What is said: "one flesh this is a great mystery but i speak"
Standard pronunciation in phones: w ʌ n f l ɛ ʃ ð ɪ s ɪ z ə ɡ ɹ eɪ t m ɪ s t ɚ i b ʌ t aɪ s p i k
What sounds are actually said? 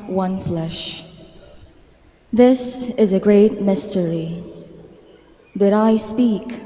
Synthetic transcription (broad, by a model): w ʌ n f l ɛ ʃ ð ɪ s ɪ z ə ɡ ɹ eɪ t m ɪ s t ɚ i b ʌ t aɪ s p i k